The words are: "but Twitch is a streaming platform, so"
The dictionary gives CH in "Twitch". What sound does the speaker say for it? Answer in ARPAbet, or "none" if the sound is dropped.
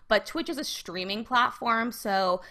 CH